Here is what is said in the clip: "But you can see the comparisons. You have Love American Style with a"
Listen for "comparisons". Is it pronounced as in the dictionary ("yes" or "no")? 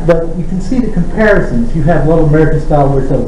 yes